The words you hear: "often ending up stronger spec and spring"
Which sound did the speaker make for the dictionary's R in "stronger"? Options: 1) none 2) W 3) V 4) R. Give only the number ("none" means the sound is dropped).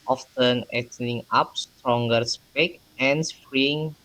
4